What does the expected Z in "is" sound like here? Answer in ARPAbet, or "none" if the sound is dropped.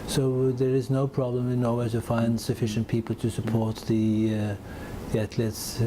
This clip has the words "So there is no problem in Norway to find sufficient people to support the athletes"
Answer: Z